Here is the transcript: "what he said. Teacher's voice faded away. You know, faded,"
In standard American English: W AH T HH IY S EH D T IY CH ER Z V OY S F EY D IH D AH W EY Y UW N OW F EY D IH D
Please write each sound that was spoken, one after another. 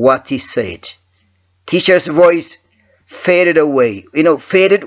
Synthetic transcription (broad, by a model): W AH T HH IY S EH D T IY CH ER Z V OY S F EY D IH D AH W EY Y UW N OW F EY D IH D